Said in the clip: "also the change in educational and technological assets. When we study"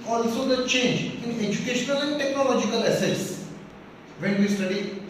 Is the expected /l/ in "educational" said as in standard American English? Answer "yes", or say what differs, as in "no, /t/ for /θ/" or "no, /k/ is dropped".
yes